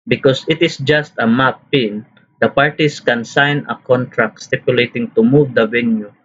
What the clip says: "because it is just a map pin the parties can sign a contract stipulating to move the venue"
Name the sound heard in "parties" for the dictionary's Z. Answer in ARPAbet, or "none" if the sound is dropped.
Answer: S